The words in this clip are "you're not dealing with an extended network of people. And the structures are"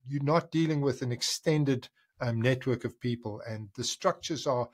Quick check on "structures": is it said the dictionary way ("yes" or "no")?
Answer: yes